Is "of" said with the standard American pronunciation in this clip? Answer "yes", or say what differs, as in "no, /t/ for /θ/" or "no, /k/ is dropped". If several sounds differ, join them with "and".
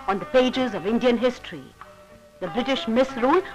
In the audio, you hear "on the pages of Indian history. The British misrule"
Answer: yes